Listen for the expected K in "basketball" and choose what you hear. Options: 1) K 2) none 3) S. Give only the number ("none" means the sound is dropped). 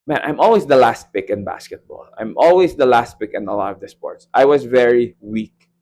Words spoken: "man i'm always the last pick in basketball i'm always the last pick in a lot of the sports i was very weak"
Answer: 1